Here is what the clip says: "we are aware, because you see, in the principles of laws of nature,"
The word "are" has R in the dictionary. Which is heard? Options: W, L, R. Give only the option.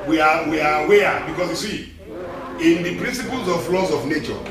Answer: W